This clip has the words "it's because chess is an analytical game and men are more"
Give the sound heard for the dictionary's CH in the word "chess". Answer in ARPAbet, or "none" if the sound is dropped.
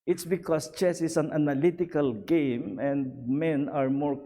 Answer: CH